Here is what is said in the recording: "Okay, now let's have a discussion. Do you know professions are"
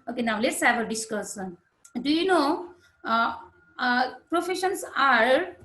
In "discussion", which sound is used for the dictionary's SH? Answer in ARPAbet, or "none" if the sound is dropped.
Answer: S